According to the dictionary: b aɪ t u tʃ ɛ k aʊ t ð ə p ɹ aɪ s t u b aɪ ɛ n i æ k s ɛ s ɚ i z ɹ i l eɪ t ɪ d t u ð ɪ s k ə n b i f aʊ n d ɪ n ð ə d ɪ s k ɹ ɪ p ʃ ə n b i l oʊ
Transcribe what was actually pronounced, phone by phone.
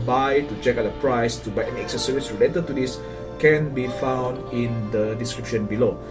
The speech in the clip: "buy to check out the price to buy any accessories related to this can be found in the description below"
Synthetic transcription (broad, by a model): b aɪ t u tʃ ɛ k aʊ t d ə p ɹ aɪ s t u b aɪ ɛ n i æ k s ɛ s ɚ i s ɹ i l eɪ t ɪ d t u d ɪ s k ə n b i f aʊ n d ɪ n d ə d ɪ s k ɹ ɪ p ʃ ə n b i l oʊ